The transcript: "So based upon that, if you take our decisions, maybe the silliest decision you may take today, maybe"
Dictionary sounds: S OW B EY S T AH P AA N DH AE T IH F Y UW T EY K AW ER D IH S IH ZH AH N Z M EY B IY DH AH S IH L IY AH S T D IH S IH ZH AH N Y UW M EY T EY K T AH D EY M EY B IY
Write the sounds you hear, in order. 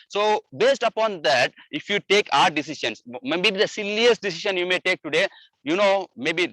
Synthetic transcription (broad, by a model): S OW B EY S T AH P AA N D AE T IH F Y UW T EY K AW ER D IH S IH SH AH N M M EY B IY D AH S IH L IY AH S T D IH S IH SH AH N Y UW M EY T EY K T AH D EY M EY B IY